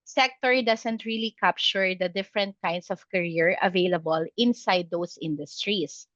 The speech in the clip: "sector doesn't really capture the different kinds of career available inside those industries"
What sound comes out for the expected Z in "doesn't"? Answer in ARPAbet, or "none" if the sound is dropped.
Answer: S